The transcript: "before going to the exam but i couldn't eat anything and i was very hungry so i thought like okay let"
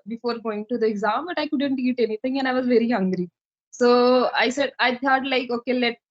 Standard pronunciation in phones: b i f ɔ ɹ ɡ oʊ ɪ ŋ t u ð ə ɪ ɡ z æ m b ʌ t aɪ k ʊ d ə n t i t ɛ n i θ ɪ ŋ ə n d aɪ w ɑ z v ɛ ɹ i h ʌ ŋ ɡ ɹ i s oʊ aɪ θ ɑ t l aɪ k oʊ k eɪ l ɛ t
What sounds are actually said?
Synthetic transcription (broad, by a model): b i f ɔ ɹ ɡ oʊ ɪ ŋ t u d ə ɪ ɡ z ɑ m b ʌ t aɪ k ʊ d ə n t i t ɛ n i t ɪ ŋ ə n aɪ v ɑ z v ɛ ɹ i h ʌ ŋ ɡ ɹ i s oʊ aɪ s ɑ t l aɪ k oʊ k eɪ l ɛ t